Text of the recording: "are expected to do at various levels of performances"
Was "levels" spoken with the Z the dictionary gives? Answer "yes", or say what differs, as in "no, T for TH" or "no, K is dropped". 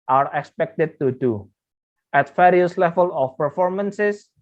no, Z is dropped